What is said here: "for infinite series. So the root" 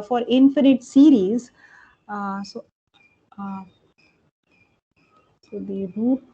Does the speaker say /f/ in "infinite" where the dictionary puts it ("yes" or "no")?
yes